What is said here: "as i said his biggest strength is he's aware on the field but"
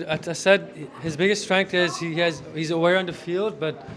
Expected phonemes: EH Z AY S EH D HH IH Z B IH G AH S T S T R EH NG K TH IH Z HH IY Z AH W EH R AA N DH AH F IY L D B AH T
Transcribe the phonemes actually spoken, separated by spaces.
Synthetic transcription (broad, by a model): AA AY S EH D HH IH Z B IH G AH S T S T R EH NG K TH IH Z HH IY Z AH W EH R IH N DH AH F IY L D B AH T